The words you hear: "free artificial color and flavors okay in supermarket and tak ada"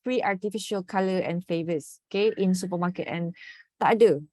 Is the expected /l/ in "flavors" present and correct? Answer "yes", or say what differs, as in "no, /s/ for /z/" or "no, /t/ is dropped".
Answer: no, /l/ is dropped